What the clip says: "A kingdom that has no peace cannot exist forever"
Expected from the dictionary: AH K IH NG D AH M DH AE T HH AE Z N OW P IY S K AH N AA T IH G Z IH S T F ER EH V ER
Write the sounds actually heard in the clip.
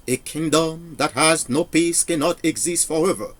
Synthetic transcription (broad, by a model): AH K IH NG D AH M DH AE T HH AE Z N OW P IY S K AH N AA T IH G Z IH S T F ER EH V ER